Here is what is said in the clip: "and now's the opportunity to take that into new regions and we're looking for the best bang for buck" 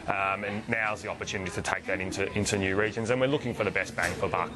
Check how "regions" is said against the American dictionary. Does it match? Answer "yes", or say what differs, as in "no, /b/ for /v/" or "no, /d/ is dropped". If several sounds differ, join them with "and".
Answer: yes